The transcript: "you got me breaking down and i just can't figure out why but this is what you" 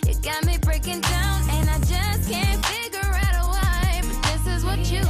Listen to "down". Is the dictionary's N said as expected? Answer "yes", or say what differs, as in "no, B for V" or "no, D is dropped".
yes